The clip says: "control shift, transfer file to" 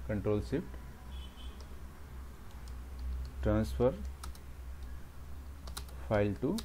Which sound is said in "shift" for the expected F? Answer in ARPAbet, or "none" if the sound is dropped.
P